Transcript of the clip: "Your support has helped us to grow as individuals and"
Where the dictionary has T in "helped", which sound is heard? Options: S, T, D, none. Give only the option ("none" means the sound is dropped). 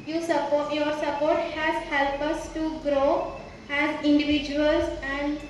none